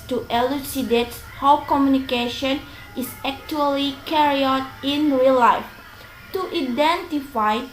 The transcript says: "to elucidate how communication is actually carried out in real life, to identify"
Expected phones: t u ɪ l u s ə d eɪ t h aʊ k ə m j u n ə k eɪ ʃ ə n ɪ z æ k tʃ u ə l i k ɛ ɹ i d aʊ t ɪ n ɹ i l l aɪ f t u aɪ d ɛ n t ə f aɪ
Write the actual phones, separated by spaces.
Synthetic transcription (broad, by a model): t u ɪ l u s ə d eɪ t h aʊ k ə m j u n ə k eɪ ʃ ə n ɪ s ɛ k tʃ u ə l i k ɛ ɹ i aʊ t ɪ n ɹ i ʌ l aɪ f t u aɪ d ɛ n t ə f aɪ